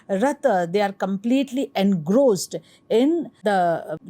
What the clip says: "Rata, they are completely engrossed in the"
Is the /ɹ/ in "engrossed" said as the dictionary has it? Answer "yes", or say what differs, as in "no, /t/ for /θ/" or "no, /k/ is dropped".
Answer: yes